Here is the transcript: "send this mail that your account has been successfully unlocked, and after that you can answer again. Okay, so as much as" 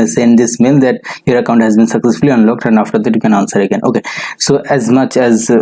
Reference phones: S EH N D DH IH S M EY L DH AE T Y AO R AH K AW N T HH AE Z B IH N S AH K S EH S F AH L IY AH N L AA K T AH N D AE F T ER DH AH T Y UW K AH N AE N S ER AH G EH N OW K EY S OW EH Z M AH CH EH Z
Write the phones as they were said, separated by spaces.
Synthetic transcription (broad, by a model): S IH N D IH S M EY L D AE T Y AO R AH K AW N T HH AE Z B IH N S AH K S EH S F AH L IY AH N L AA K T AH N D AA F T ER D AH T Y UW K AH N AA N S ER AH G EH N OW K EY S OW EH Z M AH CH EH Z